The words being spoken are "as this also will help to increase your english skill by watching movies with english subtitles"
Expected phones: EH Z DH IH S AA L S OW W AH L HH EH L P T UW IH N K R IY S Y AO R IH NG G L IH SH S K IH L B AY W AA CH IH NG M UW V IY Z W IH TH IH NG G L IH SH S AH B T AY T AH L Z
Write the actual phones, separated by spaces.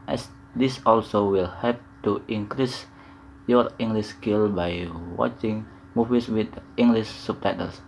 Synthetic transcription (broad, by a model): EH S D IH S AA L S OW W AH L HH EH P T UW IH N K R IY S Y AO R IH NG G L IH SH S K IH L B AY W AA CH IH NG M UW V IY S W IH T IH NG G L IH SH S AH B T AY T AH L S